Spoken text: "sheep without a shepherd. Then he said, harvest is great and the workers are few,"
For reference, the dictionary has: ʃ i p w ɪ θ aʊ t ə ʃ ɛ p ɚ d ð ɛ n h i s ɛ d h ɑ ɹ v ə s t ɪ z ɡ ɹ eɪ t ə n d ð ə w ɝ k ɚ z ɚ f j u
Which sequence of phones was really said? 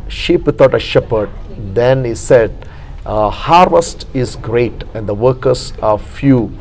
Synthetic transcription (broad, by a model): ʃ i p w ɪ t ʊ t ə ʃ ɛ p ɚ d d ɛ n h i s ɛ d h ɑ ɹ v ə s t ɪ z ɡ ɹ eɪ t ə n d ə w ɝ k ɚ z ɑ f j u